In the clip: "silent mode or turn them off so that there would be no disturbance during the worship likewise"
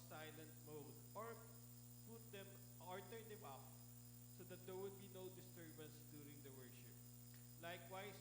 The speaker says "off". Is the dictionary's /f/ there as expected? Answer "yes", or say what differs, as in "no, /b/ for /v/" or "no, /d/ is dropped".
no, /p/ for /f/